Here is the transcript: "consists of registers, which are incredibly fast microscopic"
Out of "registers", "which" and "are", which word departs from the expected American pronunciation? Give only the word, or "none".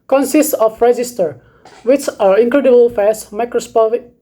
registers